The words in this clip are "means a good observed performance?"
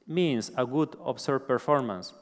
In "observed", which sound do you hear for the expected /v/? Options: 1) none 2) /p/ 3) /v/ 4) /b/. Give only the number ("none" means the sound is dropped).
1